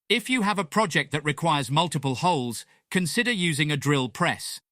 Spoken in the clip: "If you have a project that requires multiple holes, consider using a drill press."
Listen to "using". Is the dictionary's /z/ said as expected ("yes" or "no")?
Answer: yes